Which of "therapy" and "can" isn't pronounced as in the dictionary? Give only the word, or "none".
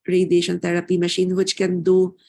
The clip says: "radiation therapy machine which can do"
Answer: therapy